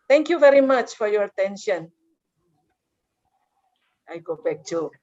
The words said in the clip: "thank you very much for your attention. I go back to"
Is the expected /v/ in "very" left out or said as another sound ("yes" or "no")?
no